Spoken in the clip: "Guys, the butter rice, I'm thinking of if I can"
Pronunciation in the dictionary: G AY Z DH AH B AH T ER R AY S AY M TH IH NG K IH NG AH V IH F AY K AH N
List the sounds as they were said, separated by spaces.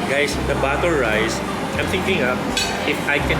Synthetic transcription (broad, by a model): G AY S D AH B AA T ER R AY S AY M TH IH NG K IH NG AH P IH F AY K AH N